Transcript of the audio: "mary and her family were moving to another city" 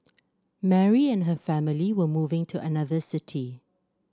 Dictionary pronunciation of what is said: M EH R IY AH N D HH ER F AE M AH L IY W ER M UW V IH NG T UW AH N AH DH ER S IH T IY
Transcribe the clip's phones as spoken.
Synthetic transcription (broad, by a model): M EH R IY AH N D HH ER F AE M AH L IY W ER M UW V IH NG T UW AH N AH DH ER S IH T IY